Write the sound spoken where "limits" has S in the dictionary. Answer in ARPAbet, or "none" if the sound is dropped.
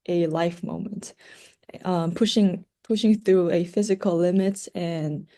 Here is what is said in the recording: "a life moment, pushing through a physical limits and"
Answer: none